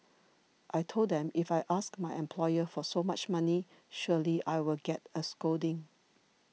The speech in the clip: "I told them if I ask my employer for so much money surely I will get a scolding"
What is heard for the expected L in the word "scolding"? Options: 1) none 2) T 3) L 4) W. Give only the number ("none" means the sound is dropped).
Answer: 1